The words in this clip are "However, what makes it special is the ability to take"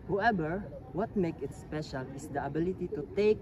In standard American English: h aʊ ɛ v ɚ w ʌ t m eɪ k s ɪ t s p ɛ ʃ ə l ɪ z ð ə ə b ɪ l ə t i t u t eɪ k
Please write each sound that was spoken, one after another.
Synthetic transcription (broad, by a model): h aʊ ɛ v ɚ w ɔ t m eɪ k ɪ t s p ɛ ʃ ə l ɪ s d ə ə b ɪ l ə t i t u t eɪ k